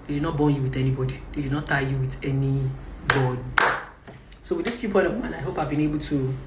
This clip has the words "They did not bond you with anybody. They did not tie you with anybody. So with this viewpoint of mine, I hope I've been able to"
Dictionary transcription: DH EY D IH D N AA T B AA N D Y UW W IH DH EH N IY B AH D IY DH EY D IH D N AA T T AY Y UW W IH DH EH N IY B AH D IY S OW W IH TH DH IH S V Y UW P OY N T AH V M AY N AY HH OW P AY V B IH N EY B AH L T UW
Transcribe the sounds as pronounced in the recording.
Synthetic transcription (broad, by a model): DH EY D IH D N AA T B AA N Y UW W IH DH EH N IY B AH D IY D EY D IH D N AA T T AY Y UW W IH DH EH N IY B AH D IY S OW W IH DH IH S F Y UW P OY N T AH V M AY N AY HH OW P AY V B IH N EY B AH L T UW